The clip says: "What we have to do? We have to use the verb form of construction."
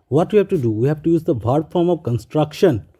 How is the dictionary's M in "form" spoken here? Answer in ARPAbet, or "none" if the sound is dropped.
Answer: M